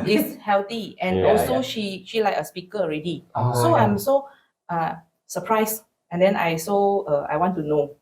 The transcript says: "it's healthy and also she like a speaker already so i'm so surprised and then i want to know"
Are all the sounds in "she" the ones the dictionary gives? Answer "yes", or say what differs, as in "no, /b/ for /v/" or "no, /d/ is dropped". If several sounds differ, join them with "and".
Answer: yes